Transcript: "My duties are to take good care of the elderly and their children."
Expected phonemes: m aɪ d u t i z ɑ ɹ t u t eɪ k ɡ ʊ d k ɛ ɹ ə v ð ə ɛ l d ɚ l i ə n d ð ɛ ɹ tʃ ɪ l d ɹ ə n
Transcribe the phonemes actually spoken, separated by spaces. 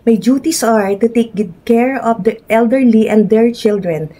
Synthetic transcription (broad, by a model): m aɪ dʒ u t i s ɑ ɹ t u t eɪ k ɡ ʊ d k ɛ ɹ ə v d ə ɛ l d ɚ l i ə n d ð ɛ ɹ tʃ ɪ l d ɹ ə n